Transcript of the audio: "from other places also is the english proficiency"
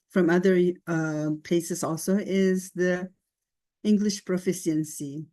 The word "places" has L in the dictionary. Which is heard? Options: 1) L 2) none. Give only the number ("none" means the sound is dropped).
2